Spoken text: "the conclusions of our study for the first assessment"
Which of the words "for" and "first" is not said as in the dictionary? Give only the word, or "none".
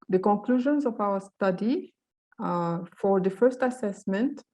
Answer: none